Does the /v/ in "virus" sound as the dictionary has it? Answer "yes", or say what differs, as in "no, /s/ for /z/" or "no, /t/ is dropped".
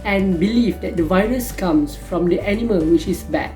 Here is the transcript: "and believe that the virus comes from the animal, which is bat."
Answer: yes